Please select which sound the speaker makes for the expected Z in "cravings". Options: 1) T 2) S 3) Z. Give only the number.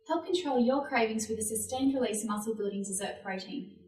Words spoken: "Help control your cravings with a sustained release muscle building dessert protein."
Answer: 3